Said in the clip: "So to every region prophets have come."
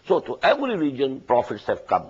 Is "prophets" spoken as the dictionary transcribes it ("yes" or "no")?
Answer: yes